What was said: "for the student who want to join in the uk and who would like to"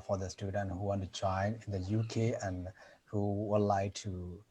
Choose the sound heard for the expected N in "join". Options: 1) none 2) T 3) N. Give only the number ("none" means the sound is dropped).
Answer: 3